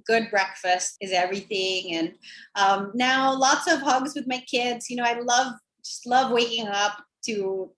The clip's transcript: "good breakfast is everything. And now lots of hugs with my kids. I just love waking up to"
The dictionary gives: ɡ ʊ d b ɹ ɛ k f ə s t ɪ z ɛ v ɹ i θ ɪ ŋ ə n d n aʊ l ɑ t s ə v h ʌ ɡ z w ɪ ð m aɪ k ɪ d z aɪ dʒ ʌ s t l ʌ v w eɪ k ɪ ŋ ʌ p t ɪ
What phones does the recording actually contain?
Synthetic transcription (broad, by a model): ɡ ʊ d b ɹ ɛ k f ə s t ɪ z ɛ v ɹ i θ ɪ ŋ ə n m n aʊ l ɑ t s ə v h ʌ ɡ z w ɪ ð m aɪ k ɪ d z aɪ dʒ ʌ s t l ʌ v w eɪ k ɪ ŋ ʌ p t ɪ